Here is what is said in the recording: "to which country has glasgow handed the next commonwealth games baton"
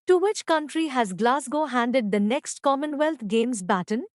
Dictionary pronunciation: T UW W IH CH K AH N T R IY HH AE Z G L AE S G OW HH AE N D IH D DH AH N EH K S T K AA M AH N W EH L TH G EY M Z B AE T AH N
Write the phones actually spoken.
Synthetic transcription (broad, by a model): T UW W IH CH K AH N T R IY HH AE Z G L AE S G OW HH AE N D IH D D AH N EH K S T K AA M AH N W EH L T G EY M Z B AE T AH N